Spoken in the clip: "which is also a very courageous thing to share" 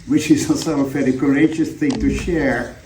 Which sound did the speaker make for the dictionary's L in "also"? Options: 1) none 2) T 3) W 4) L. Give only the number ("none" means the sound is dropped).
1